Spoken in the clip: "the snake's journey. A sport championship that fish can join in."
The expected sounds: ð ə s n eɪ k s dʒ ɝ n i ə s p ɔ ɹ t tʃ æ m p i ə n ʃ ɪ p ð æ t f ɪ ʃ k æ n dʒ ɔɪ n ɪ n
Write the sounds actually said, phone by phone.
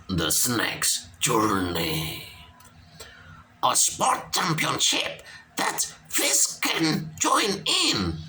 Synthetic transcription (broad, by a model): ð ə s n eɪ k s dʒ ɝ n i ə s p ɔ ɹ t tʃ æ m p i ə n ʃ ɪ p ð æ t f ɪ s k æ n dʒ ɔɪ n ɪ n